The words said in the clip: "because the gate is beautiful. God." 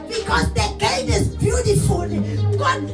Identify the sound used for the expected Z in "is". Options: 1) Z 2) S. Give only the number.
2